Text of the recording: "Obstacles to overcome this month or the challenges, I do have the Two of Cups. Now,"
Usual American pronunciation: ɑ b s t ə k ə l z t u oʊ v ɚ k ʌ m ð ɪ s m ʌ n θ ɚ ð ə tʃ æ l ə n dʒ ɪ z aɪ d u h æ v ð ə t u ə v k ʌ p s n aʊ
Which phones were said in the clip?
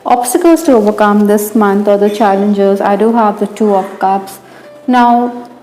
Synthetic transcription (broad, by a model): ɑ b s t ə k ə l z t u oʊ v ɚ k ʌ m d ɪ s m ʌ n t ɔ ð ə tʃ æ l ə n dʒ ɪ z aɪ d u h æ v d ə t u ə p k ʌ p s n aʊ